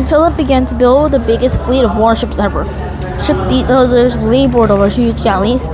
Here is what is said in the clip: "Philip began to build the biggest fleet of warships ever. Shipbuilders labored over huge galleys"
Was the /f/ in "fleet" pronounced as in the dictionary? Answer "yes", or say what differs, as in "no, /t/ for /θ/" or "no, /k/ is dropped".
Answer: yes